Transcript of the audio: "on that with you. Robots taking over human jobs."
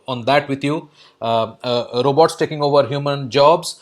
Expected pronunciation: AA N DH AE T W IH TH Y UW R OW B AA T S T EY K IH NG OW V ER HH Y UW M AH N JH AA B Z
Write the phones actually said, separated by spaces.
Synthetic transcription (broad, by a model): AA N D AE T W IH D Y UW R OW B AA T S T EY K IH NG OW V ER HH Y UW M AH N JH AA B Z